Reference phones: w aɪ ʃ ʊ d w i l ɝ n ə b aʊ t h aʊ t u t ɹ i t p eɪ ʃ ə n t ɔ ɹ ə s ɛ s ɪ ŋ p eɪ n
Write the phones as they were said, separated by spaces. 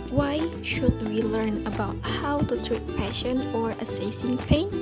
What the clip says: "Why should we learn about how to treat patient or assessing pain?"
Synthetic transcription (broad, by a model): w aɪ ʃ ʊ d w i l ɝ n ə b aʊ t h aʊ t u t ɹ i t p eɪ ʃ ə n ɔ ɹ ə s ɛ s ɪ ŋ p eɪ n